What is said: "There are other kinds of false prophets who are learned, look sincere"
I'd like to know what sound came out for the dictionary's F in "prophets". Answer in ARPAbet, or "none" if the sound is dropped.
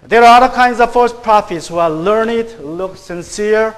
F